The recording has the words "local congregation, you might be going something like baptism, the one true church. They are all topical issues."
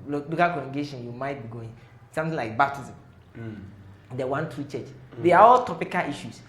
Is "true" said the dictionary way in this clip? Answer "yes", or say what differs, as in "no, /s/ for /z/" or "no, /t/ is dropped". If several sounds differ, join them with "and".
yes